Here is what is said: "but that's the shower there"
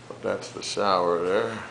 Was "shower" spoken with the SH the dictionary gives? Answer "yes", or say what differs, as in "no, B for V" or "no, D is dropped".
no, S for SH